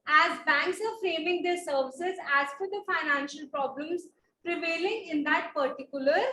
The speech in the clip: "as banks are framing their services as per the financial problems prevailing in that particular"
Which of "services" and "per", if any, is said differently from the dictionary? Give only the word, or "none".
per